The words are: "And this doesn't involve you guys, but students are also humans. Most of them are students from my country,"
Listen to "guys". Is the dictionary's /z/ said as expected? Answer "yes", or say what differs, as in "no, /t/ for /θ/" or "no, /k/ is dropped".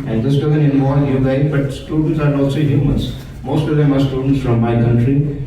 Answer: no, /z/ is dropped